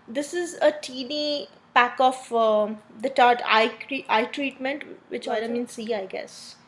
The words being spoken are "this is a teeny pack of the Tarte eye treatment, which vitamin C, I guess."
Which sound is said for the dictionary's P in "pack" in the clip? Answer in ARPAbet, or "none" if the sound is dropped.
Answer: P